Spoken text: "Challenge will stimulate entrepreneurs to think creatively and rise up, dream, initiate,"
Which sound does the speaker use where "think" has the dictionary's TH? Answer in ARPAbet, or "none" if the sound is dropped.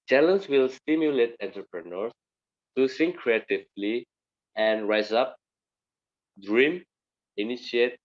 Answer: S